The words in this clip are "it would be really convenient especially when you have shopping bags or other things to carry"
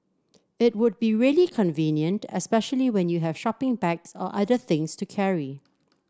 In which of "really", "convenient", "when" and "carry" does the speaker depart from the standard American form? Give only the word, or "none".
none